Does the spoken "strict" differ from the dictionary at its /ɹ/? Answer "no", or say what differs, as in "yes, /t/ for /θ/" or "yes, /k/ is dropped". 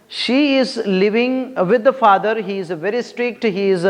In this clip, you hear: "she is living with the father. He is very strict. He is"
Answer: no